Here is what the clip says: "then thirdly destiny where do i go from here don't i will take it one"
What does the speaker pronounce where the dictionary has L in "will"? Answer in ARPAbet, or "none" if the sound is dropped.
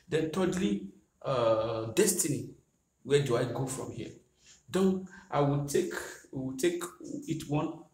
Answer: W